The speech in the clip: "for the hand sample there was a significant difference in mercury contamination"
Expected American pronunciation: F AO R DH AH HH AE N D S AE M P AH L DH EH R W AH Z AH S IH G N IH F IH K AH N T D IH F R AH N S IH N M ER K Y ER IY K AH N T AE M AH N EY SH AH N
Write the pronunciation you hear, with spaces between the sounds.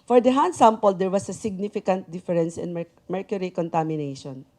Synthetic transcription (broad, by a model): F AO R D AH HH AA N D S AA M P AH L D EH R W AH S AH S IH G N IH F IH K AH N T D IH F R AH N S IH N M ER K Y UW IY K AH N T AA M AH N EY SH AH N